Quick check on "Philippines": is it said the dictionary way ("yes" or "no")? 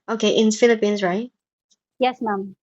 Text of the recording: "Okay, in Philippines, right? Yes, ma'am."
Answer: yes